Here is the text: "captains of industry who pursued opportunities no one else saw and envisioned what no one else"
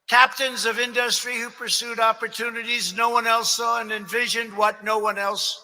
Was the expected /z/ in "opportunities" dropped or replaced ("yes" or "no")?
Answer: no